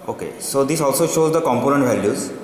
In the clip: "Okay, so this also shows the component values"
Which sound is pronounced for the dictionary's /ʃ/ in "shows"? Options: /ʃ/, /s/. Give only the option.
/ʃ/